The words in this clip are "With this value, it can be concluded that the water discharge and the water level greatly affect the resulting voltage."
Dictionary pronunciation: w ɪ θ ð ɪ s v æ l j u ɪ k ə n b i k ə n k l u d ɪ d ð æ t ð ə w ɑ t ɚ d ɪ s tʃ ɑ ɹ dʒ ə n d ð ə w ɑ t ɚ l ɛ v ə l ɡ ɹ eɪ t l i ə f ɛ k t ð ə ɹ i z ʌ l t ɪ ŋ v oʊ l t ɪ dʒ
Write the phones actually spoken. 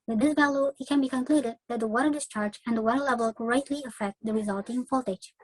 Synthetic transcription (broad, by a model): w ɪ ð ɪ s v æ l j u ɪ k ə n b i k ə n k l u d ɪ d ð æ t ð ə w ɑ t ɚ d ɪ s tʃ ɑ ɹ dʒ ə n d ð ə w ɑ t ɚ l ɛ v ə l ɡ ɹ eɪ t l i ə f ɛ k t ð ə ɹ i z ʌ l t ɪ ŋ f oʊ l t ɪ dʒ